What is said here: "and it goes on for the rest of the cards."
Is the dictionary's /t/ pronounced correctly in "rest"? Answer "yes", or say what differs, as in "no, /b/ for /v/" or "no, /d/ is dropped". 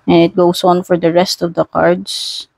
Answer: yes